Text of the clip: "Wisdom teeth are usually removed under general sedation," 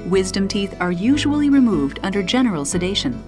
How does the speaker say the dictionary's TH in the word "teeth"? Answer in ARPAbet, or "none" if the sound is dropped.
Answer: TH